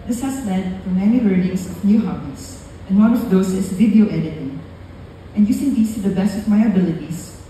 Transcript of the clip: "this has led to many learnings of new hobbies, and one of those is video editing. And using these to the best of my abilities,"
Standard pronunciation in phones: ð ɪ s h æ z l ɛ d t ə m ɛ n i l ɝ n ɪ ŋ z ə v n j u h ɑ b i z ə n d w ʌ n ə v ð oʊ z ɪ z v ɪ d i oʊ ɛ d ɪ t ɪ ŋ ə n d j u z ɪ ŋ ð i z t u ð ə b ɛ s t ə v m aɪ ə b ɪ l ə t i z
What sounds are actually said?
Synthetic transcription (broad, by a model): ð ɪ s h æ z l ɛ d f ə m ɛ n i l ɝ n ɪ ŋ s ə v n j u h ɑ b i s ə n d w ʌ n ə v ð oʊ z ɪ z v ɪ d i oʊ ɛ d ɪ t ɪ ŋ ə n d j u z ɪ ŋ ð i s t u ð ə b ɛ s t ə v m aɪ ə b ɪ l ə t i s